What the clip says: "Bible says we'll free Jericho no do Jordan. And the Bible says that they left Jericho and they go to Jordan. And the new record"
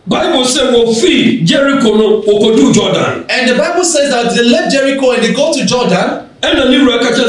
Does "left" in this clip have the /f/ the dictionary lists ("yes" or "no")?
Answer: no